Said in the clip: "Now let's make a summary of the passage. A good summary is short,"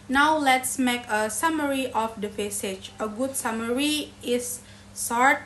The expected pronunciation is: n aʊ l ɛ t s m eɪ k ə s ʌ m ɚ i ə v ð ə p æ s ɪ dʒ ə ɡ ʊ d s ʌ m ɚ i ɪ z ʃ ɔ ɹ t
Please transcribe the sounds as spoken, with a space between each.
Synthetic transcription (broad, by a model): n aʊ l ɛ t s m eɪ k ə s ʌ m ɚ i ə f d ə f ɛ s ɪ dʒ ə ɡ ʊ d s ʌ m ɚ i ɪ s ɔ ɹ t